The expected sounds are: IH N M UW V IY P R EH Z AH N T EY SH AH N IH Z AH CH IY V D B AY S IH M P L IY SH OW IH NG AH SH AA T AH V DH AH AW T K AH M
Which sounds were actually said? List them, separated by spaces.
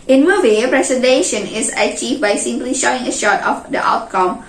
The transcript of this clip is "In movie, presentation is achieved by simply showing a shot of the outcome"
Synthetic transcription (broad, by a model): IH N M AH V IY P R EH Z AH N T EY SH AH N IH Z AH CH IY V B AY S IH M P L IY SH OW IH NG AH SH AA T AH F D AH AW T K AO M